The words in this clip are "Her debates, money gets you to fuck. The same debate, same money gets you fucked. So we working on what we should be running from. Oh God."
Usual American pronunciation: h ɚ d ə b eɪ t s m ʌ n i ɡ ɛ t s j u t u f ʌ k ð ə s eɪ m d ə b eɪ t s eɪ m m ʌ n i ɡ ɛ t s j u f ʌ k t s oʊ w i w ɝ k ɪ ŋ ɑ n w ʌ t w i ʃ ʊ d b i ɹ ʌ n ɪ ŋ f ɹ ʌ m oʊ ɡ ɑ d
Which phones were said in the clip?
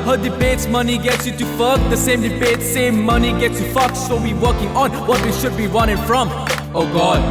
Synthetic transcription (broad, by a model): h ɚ d ə b eɪ t s m ʌ n i ɡ ɛ t s j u t u f ʌ k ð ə s eɪ m d ə b eɪ t s eɪ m m ʌ n i ɡ ɛ t s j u f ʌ k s s oʊ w i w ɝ k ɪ ŋ ɑ n w ʌ t w i ʃ ʊ d b i w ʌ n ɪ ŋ f ɹ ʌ m oʊ ɡ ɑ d